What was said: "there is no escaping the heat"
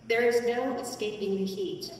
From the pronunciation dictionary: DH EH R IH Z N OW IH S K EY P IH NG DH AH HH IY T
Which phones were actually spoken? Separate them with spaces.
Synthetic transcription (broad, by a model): DH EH R IH Z N OW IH S K EY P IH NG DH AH HH IY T